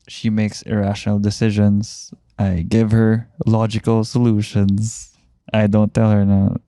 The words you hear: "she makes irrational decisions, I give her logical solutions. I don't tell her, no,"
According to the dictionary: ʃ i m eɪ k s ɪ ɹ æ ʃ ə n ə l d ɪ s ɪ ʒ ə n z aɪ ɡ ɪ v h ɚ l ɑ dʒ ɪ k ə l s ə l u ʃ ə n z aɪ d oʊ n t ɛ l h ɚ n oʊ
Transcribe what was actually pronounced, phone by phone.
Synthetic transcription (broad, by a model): ʃ i m eɪ k s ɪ ɹ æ ʃ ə n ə l d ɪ s ɪ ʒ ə n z aɪ ɡ ɪ v h ɚ l ɑ dʒ ɪ k ə l s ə l u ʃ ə n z aɪ d oʊ n t ɛ l h ɚ n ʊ